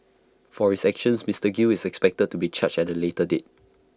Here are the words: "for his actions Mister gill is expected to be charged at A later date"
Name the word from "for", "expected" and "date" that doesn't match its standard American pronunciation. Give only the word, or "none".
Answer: none